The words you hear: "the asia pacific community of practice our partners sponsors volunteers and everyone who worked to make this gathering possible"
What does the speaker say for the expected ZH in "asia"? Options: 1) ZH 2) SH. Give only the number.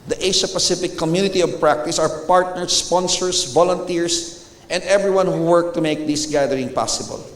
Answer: 2